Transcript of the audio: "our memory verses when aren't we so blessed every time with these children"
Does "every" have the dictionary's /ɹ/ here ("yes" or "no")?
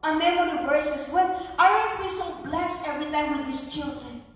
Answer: yes